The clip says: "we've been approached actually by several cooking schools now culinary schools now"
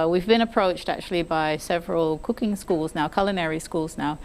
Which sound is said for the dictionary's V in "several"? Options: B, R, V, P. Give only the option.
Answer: V